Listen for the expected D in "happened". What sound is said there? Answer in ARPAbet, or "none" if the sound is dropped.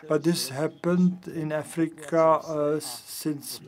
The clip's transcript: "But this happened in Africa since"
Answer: D